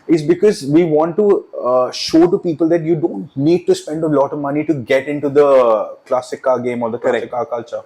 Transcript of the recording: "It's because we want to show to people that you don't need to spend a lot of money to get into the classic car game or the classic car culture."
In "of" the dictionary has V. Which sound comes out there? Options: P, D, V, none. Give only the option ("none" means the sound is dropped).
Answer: V